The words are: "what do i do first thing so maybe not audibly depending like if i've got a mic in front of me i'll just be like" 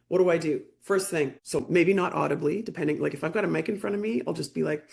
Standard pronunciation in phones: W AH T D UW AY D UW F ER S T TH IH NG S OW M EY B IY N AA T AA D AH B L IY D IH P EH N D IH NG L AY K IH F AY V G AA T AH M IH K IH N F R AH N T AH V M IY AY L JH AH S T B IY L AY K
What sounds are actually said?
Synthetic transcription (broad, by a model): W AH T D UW AY D UW F ER S T TH IH NG S OW M EY B IY N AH T AA D AH B L IY D IH P EH N D IH NG L AY K IH F AY V G AA T AH M IH K IH N F R AH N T AH V M IY AY L JH AH S B IY L AY K